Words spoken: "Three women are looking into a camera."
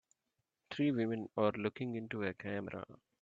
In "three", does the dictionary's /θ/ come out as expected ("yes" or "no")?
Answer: no